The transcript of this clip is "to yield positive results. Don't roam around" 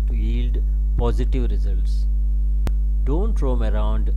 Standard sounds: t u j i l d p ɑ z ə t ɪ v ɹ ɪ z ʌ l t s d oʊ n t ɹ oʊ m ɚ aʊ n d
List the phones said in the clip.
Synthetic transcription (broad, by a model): t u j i l d p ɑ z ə t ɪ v ɹ ɪ z ʌ l t s d oʊ n t ɹ oʊ m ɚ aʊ n d